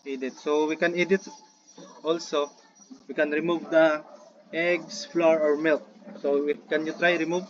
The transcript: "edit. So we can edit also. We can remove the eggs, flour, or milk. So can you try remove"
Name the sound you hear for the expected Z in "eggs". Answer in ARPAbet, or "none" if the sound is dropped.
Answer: S